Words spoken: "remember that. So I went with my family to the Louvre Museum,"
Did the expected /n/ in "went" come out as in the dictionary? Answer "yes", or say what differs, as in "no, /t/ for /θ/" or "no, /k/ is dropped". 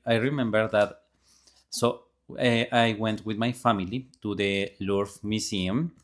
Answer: yes